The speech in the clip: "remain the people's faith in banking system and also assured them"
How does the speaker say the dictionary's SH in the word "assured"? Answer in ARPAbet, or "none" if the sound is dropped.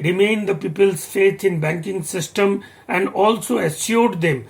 S